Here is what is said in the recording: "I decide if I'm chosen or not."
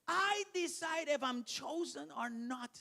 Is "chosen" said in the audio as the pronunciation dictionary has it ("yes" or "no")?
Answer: yes